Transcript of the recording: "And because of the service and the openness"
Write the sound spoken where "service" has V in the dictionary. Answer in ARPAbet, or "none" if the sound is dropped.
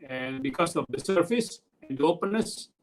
F